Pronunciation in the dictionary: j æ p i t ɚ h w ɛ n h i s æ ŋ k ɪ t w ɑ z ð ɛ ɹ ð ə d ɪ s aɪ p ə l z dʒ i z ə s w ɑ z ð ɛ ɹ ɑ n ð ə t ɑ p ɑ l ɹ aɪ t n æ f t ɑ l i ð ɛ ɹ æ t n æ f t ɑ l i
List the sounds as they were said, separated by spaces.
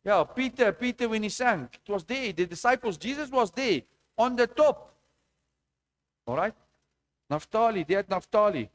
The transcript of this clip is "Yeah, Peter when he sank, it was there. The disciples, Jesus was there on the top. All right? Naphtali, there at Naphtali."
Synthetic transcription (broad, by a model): j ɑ p i t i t w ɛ n h i s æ ŋ ɪ t w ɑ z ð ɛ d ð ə d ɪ s aɪ p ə l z dʒ i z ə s w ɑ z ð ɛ ɑ n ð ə t ɑ p ɑ l ɹ aɪ t n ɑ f t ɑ l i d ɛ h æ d n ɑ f t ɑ l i